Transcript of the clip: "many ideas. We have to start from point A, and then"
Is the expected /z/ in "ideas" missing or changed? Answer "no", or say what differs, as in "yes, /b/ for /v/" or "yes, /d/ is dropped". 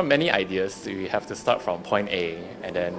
yes, /s/ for /z/